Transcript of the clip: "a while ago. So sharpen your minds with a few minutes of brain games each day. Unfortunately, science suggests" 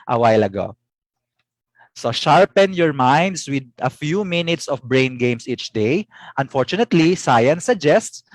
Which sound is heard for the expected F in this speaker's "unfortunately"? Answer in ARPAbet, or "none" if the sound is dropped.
F